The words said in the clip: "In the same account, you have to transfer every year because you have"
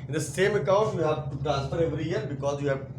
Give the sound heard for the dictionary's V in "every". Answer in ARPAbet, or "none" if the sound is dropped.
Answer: V